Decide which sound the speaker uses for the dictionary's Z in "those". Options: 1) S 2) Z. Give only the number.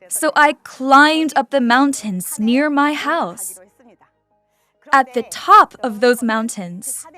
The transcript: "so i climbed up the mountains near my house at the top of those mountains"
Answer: 2